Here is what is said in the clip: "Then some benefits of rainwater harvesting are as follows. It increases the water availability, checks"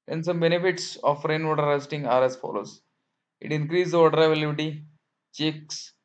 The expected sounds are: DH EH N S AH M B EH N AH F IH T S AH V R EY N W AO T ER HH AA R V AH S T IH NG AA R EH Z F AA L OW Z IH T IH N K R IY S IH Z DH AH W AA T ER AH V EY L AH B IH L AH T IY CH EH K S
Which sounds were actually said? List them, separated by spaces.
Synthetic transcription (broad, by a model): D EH N S AH M B EH N AH F IH T S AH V R EY N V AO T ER R AH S T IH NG AA R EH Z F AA L OW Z IH T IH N K R IY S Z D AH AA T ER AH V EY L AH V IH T IY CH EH K S